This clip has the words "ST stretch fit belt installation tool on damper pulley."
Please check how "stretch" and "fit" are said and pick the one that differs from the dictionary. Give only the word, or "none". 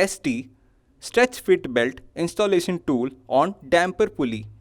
none